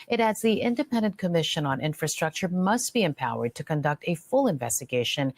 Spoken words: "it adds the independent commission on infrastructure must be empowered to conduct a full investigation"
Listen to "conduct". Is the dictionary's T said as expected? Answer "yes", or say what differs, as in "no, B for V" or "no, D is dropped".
yes